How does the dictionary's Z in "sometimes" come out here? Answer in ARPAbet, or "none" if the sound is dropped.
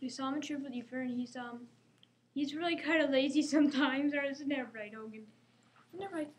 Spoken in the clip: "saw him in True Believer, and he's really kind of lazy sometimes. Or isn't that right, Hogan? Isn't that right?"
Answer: Z